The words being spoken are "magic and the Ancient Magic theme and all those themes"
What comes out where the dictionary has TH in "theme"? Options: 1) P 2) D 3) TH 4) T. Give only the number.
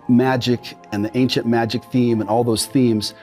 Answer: 3